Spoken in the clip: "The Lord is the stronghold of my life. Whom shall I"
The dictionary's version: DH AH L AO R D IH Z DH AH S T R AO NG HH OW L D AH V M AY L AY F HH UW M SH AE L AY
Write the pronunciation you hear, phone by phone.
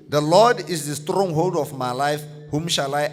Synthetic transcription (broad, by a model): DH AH L AO D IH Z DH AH S T R AO NG HH OW L D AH F M AY L AY F HH UW M SH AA L AY